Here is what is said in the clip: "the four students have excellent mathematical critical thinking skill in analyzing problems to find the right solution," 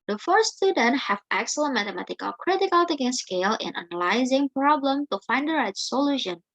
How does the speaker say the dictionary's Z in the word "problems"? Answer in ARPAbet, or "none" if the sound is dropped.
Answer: none